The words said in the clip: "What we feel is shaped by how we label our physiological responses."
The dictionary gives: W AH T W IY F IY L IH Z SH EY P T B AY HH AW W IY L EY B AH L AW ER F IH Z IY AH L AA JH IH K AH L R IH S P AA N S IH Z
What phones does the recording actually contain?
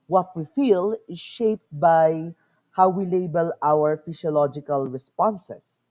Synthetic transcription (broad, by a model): W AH T W IY F IY L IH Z SH EY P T B AY HH AW W IY L EY B AH L AW ER F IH S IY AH L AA JH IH K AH L R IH S P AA N S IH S